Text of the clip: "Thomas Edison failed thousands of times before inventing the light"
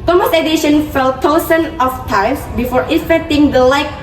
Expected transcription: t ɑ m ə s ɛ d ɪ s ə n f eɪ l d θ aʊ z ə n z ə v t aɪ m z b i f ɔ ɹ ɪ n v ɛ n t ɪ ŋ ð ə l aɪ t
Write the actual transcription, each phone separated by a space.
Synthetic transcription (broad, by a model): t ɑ m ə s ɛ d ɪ ʃ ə n f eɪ l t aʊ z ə n ə f t aɪ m s b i f ɔ ɹ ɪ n f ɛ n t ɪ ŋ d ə l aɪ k